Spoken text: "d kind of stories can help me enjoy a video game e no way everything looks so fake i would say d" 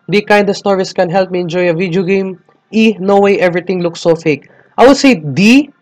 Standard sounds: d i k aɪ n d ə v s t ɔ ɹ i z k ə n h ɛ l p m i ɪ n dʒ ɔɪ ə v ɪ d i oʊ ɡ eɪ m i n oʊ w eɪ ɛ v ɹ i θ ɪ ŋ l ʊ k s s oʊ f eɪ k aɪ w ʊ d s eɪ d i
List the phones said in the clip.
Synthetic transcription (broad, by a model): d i k aɪ n d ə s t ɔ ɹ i s k ə n h ɛ l p m i ɪ n dʒ ɔɪ ə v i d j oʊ ɡ eɪ m i n oʊ w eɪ ɛ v ɹ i t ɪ ŋ l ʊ k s s oʊ f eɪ k aɪ w ʊ d s eɪ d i